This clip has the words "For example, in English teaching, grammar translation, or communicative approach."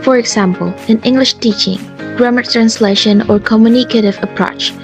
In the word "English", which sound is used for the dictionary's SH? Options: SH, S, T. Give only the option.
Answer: SH